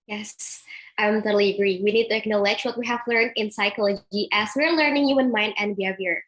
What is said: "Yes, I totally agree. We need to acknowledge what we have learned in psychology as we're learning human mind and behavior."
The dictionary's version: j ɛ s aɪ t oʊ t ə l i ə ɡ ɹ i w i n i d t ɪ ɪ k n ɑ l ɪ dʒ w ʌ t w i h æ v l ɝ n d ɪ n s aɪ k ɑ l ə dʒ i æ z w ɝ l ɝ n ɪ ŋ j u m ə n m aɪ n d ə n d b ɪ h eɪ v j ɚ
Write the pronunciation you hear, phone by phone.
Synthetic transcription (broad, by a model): j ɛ s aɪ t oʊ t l i ə ɡ ɹ i w i n i d t ɪ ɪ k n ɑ l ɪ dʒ w ʌ t w i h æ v l ɝ n d ɪ n s aɪ k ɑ l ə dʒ i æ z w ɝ l ɝ n ɪ ŋ j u ə n m aɪ n d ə n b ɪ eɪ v j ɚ